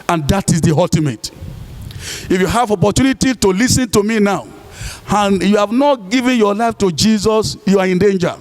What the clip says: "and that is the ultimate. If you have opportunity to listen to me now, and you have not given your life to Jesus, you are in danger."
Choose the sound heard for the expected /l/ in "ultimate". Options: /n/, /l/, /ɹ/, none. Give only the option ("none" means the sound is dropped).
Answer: none